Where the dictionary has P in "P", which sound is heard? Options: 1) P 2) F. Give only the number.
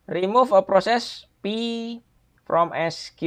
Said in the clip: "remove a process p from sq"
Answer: 1